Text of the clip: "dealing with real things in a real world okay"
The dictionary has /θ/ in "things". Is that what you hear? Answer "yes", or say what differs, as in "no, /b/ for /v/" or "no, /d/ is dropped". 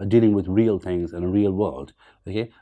yes